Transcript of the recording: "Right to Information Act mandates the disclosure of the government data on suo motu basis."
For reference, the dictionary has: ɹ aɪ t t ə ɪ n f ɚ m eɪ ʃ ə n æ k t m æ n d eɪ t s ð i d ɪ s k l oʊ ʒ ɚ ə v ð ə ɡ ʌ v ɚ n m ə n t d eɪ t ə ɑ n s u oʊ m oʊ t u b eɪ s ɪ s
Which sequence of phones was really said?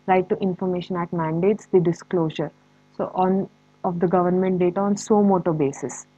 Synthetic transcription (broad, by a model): ɹ aɪ t t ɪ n f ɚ m eɪ ʃ ə n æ t m æ n d eɪ t s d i d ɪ s k l oʊ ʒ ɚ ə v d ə ɡ ʌ v ɚ n m ə n t d eɪ t ə ɑ n s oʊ m oʊ t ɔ b eɪ s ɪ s